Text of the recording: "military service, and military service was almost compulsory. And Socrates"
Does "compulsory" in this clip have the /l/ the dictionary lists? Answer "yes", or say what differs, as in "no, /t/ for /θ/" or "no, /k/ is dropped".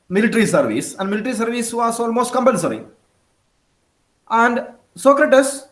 no, /n/ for /l/